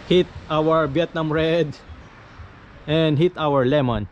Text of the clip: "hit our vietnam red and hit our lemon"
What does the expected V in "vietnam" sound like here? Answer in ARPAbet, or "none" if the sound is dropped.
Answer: B